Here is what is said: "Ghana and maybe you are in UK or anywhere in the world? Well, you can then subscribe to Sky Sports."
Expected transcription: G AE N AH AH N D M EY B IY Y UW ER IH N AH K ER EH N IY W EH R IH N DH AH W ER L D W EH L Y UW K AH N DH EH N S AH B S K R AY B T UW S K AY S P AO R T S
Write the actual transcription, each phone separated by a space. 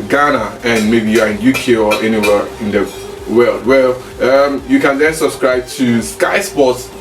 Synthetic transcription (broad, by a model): G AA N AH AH N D M EY B IY Y UW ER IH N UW K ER EH N IY W EH R IH N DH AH W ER L D W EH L Y UW K AH N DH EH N S AH B S K R AY B T UW S K AY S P AO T S